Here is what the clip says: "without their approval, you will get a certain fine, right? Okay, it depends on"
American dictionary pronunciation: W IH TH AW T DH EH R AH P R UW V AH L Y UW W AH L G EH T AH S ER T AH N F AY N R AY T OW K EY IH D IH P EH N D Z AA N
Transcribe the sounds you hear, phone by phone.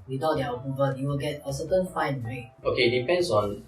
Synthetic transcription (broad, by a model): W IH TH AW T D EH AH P UW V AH N Y UW W AH L G EH T AH S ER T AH N F AY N W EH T OW K EY D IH P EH N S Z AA N